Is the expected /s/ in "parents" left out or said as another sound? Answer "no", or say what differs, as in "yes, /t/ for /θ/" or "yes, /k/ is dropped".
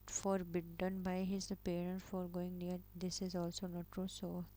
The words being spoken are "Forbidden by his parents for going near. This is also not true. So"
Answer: yes, /s/ is dropped